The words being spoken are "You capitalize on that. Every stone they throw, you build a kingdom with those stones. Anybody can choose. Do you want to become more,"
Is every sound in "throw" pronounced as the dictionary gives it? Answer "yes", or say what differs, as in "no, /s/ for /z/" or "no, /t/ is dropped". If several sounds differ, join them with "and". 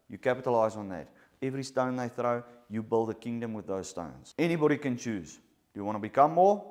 yes